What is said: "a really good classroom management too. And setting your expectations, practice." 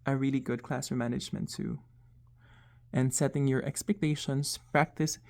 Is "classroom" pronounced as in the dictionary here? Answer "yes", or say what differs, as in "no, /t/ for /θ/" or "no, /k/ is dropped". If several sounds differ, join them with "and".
no, /ɹ/ is dropped